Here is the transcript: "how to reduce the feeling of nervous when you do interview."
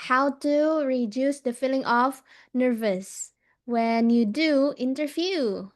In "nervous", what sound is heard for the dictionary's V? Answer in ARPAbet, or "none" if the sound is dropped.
V